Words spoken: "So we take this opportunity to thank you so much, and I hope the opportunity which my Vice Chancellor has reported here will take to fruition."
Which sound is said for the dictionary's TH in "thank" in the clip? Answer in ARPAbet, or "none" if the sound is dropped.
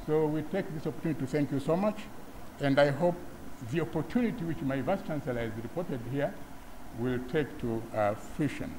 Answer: TH